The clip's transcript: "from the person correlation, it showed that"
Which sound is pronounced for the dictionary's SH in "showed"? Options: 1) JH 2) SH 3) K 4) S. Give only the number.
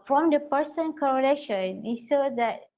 4